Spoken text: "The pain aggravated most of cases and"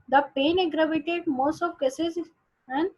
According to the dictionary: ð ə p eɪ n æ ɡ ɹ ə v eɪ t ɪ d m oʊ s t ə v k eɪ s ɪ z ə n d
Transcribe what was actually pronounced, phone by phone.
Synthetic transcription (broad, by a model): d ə p eɪ n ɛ ɡ ɹ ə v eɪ t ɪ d m oʊ s t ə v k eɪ s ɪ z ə n